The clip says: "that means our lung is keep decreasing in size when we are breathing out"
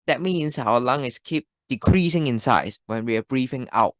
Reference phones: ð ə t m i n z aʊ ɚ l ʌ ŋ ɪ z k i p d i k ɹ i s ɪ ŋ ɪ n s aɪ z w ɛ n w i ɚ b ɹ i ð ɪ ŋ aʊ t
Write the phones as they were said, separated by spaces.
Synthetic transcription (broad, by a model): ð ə t m i n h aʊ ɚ l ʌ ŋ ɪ s k i p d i k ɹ i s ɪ ŋ ɪ n s aɪ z w ɛ n w i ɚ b ɹ i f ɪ ŋ aʊ t